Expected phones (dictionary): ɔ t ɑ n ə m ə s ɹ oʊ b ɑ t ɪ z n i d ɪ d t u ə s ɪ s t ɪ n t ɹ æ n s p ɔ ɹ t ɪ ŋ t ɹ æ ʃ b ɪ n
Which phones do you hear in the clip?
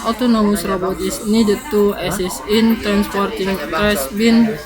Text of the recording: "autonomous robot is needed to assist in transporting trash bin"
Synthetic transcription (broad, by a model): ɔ t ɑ n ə m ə s ɹ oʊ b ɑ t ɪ s n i d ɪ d t u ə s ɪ s ɪ n t ɹ æ n s p ɔ ɹ t ɪ ŋ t ɹ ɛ s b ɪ n